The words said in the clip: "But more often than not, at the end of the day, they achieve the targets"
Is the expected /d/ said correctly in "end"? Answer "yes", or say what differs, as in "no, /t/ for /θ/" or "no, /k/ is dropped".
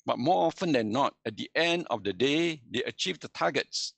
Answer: yes